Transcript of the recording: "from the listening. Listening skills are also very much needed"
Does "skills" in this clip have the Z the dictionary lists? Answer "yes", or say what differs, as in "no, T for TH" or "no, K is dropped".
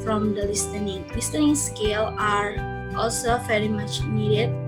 no, Z is dropped